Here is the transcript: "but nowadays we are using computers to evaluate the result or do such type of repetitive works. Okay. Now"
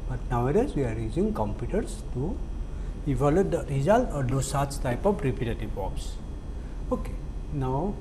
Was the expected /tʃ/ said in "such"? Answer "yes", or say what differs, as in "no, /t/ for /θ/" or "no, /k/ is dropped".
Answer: no, /s/ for /tʃ/